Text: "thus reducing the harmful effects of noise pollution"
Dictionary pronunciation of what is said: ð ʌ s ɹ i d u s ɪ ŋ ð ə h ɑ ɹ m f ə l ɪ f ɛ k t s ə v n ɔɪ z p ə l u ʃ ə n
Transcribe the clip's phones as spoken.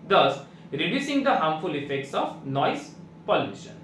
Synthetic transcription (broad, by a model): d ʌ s ɹ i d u s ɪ ŋ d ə h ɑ m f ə l ɪ f ɛ k t s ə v n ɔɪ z p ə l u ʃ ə n